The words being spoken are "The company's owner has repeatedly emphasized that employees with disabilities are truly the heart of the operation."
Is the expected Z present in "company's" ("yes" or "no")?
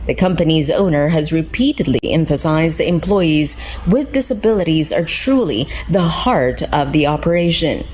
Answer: yes